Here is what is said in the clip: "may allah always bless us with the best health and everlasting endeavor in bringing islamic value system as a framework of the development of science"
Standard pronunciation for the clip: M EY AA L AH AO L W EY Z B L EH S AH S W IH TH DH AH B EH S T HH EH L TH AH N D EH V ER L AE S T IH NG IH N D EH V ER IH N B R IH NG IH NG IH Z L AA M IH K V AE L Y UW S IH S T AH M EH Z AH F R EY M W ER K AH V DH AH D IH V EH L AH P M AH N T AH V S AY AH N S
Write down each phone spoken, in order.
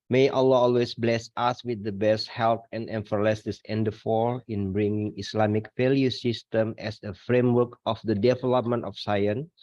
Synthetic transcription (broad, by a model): M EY AA L AH AO L W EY S B L EH S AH S W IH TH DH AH B EH S T HH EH L T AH N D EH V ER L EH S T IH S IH N D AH F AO IH N B R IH NG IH NG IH S L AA M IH K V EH L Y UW S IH S T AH M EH S AH F R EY M W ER K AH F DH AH D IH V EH L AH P M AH N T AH F S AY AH N